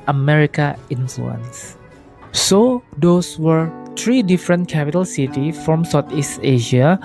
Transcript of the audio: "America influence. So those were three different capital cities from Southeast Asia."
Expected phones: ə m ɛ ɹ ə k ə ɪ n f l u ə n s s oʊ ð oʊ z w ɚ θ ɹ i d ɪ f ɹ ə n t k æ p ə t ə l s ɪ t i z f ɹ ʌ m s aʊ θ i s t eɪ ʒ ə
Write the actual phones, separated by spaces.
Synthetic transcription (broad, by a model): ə m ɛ ɹ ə k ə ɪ n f l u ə n s s oʊ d oʊ s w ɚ t ɹ i d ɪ f ɹ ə n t k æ p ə t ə l s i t i f ɹ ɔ m s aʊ t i s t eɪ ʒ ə